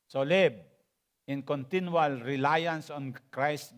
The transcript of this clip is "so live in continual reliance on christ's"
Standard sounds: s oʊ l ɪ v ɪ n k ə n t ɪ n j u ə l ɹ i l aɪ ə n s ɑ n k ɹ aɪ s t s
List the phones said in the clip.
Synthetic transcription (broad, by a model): s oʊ l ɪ b ɪ n k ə n t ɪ n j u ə l ɹ i l aɪ ə n s ɑ n k ɹ aɪ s s